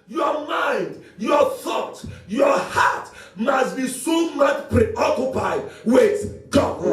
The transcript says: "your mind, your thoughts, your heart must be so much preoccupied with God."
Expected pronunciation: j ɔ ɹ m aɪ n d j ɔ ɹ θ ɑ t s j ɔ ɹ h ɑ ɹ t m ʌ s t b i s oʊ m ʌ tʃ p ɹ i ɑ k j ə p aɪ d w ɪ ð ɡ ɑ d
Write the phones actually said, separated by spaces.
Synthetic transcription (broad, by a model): j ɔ m aɪ n d j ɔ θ ɑ t j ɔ h ɑ t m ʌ s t b i s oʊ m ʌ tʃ p ɹ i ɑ k j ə p aɪ d w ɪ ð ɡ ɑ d